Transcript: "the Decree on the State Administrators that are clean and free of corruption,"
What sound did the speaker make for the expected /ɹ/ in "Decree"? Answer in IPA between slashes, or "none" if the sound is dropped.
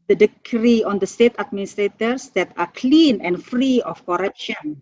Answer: /ɹ/